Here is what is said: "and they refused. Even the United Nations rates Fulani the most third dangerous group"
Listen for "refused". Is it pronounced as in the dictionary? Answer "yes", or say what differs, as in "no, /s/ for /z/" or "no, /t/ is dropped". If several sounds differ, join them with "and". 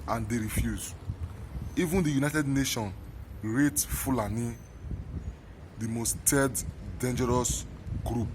no, /d/ is dropped